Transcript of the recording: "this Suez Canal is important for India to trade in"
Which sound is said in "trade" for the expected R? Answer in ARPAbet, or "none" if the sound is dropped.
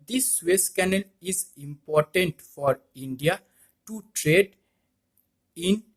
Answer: R